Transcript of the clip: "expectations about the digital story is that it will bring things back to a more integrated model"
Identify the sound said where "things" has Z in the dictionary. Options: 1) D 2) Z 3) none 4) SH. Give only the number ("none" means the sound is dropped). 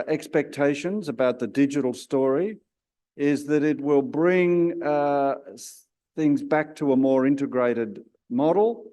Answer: 2